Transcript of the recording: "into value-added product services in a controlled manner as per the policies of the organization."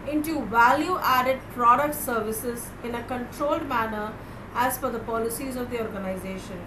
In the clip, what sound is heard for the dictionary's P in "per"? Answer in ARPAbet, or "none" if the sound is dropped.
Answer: F